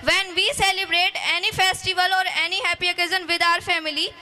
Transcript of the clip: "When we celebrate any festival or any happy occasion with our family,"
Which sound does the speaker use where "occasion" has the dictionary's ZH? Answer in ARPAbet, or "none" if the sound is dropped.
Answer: Z